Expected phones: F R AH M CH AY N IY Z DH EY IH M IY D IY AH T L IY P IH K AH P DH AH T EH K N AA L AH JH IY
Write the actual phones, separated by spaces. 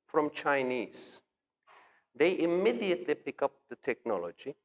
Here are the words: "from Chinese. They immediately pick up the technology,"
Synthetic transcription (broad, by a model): F R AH M CH AY N IY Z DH EY IH M IY D IY AH T L IY P IH K AH P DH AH T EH K N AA L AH JH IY